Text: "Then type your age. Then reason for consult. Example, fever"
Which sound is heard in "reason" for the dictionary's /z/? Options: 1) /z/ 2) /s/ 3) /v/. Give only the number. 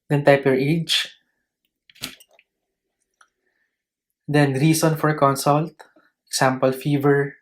2